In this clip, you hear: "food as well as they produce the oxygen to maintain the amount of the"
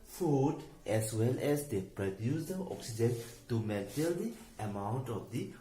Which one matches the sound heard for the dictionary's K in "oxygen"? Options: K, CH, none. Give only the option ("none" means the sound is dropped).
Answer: K